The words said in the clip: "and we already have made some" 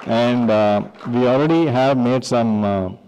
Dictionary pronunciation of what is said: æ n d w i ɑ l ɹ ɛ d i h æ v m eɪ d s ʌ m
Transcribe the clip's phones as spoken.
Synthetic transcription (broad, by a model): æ n d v i ɑ l ɹ ɛ d i h æ v m eɪ d s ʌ m